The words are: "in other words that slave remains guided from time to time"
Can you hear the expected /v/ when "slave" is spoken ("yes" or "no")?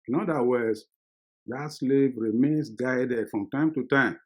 yes